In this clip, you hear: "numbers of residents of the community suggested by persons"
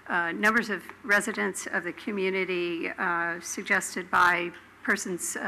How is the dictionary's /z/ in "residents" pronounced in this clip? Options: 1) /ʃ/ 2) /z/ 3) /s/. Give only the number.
2